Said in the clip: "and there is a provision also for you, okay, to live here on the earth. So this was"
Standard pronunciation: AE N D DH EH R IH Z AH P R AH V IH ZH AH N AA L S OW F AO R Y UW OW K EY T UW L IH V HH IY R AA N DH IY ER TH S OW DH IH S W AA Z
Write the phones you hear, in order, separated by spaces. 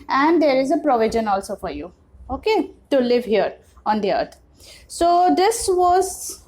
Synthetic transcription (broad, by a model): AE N D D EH R IH Z AH P R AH V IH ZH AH N AA L S OW F AO R Y UW OW K EY T UW L IH V HH IY R AA N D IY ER T S OW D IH S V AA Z